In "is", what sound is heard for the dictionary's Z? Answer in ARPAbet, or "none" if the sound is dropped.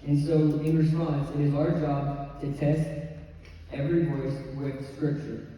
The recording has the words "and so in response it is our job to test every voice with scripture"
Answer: Z